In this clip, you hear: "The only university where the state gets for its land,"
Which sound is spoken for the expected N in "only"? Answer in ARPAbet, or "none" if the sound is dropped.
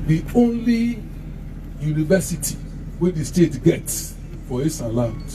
N